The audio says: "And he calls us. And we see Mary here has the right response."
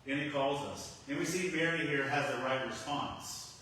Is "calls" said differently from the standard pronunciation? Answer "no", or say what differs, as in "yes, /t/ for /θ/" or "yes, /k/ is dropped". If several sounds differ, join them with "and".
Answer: no